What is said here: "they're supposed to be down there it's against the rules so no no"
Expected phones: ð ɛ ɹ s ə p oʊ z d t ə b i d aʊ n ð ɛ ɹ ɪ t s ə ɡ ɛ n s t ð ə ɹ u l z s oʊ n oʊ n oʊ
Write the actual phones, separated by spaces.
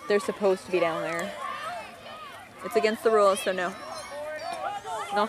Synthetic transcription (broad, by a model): ð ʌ ɹ s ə p oʊ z t ə b i d aʊ n ð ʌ ɹ ɪ t s ə ɡ ɛ n s t ð ə ɹ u l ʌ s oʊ n oʊ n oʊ